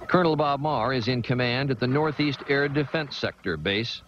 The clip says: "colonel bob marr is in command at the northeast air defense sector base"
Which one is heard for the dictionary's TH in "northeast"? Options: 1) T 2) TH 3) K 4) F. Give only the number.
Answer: 2